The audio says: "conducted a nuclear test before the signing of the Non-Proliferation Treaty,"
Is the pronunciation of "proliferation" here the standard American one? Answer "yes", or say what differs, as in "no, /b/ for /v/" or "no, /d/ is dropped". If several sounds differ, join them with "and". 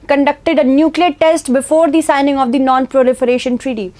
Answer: yes